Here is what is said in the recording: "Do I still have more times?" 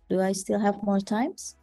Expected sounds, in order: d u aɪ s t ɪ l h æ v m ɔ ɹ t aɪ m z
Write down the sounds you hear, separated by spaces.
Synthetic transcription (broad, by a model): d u aɪ s t ɪ l h æ v m ɔ ɹ t aɪ m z